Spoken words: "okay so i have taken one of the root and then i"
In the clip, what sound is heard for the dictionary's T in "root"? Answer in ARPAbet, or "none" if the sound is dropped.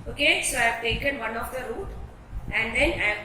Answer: T